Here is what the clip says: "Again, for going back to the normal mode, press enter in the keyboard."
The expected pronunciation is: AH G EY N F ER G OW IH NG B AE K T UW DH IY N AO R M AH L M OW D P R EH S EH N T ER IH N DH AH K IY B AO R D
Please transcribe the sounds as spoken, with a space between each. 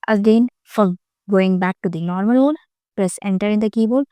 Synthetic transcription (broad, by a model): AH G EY N F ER G OW IH NG B AE K T UW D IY N AO R M AH L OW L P L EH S EH N T ER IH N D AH K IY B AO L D